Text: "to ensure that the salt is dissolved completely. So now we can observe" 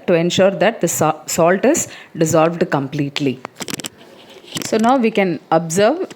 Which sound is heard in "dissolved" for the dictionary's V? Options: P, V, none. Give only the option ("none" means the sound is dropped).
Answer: V